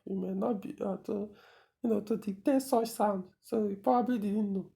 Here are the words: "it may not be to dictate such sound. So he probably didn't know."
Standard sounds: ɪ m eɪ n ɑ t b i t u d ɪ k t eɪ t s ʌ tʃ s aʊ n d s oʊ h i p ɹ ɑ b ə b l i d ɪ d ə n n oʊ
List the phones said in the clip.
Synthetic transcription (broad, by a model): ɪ m eɪ n ɑ t b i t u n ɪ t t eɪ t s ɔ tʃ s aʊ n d s oʊ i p ɑ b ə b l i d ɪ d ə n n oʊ